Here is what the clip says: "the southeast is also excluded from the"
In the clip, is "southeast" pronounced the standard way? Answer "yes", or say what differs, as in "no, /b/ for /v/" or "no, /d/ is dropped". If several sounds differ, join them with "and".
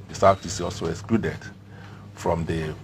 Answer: no, /t/ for /θ/ and /t/ is dropped